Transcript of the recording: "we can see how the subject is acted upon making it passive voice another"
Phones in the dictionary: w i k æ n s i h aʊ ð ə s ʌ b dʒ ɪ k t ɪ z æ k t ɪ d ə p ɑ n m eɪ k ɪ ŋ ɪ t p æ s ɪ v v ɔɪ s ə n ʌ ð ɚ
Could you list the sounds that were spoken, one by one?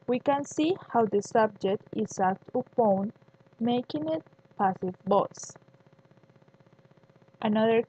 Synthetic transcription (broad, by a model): w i k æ n s i h aʊ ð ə s ʌ b dʒ ɪ k t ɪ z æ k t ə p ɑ n m eɪ k ɪ ŋ ɪ t p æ s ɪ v b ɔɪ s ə n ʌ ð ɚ